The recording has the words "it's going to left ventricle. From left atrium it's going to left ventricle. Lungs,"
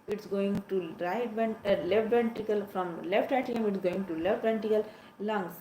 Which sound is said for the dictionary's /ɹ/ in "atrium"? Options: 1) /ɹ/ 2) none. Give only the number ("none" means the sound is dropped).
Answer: 2